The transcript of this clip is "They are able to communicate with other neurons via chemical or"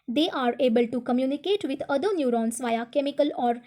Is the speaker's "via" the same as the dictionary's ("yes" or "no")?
yes